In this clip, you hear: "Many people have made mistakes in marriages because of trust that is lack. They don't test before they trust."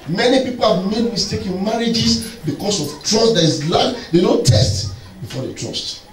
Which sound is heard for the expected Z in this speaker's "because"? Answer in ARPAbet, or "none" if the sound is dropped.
S